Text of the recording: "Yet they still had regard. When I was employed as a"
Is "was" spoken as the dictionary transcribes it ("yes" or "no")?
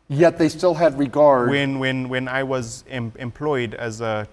yes